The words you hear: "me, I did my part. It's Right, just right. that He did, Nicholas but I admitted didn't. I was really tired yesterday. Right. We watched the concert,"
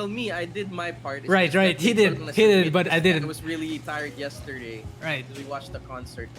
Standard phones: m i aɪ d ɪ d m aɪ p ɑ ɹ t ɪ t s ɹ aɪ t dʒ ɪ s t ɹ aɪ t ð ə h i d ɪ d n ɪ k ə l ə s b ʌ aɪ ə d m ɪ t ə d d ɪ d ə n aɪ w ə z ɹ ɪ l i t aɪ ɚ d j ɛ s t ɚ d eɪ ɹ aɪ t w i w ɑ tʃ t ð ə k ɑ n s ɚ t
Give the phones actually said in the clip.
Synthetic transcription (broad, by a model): m i aɪ d ɪ d m aɪ p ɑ ɹ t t ɹ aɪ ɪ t ɹ aɪ t h i d ɪ d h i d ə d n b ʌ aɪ ə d ɑ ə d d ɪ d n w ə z ɹ ɪ l i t aɪ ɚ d j ɛ s t ɚ d eɪ ɹ aɪ t w i w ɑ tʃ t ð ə k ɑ n s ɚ t